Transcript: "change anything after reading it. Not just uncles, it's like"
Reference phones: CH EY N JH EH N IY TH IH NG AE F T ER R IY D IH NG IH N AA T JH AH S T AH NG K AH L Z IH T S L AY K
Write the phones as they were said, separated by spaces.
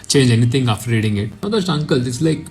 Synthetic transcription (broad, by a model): CH EY N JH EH N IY T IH NG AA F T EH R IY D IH NG IH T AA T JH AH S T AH NG K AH L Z IH T S L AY K